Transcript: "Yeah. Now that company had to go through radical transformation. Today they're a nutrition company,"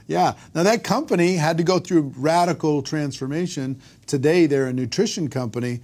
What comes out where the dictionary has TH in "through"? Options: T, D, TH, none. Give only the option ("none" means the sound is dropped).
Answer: TH